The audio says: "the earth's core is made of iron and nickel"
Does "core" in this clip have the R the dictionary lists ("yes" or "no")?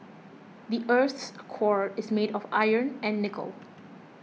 yes